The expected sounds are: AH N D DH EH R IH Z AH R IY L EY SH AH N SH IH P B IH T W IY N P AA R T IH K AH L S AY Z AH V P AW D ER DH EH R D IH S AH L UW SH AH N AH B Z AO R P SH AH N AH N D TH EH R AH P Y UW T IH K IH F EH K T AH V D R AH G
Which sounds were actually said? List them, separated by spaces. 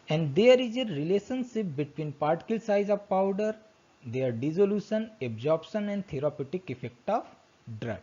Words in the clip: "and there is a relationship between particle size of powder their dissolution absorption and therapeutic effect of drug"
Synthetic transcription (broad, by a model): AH N D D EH R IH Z AH R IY L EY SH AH N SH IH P B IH T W IY N P AA R T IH K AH L S AY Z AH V P AW D ER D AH R D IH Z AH L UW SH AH N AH B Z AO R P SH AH N AH N D T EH R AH P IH T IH K IH F EH K T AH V D R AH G